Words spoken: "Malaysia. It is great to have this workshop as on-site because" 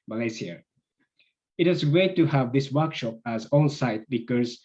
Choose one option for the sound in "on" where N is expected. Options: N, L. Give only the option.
L